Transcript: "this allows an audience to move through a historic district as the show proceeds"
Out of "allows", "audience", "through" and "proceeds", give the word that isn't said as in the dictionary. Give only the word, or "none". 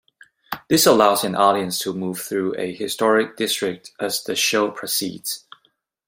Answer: none